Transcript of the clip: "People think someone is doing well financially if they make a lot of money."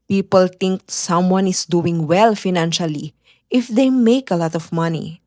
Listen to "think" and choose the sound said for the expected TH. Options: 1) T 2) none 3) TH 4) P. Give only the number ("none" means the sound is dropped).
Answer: 1